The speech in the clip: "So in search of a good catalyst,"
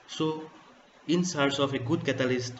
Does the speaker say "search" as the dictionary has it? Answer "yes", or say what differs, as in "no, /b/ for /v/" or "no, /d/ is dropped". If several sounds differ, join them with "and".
no, /s/ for /tʃ/